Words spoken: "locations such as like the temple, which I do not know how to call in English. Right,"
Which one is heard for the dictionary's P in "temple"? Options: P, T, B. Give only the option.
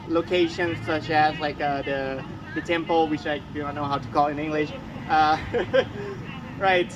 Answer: P